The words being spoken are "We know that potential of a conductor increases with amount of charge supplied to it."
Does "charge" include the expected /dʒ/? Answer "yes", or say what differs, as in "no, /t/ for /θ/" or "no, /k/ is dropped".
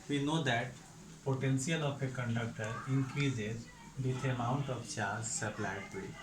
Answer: no, /z/ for /dʒ/